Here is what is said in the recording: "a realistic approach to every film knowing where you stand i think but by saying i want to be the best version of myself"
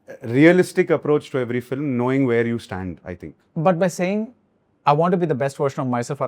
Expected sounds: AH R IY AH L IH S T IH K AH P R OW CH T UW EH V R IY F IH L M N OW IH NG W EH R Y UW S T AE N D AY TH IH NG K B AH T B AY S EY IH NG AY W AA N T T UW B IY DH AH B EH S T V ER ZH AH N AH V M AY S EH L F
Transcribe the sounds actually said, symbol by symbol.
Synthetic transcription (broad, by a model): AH R IY AH L IH S T IH K AH P R OW CH T UW EH V R IY F IH L M N OW IH NG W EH R Y UW S T AE N D AY T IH NG K B AH T B AY S EY IH NG AY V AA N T T UW B IY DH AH B EH S T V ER SH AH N AH V M AY S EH L F